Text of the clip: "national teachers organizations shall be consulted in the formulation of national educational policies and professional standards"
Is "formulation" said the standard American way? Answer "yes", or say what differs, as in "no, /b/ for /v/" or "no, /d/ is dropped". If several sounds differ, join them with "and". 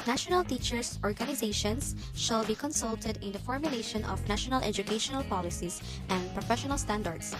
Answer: yes